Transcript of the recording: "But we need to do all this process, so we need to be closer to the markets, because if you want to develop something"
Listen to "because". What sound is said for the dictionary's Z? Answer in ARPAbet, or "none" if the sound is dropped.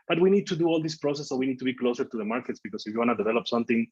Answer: S